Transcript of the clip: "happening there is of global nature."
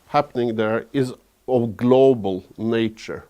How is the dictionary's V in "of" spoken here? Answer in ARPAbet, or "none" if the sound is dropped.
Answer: V